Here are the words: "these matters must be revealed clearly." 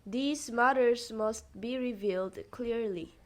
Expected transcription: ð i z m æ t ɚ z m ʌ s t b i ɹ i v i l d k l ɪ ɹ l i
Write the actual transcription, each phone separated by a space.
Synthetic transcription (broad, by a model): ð i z m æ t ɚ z m ʌ s t b i ɹ i v i l d k l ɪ ɹ l i